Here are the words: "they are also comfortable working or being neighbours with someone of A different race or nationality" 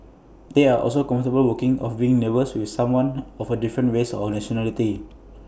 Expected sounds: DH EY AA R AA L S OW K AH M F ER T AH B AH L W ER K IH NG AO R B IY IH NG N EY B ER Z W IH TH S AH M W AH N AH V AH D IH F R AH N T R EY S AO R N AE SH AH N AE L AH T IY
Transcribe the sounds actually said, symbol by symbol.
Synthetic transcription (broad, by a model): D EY AA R AA L S OW K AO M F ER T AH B AH L W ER K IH NG AO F B IY IH NG N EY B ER S W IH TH S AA M W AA N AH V AH D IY F R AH N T W EY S AO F N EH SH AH N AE L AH T IY